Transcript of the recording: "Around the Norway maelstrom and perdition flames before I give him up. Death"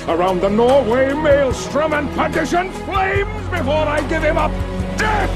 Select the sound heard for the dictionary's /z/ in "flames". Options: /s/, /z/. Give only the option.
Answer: /z/